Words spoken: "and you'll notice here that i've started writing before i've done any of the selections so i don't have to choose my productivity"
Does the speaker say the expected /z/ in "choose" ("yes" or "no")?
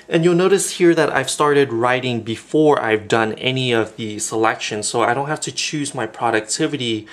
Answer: yes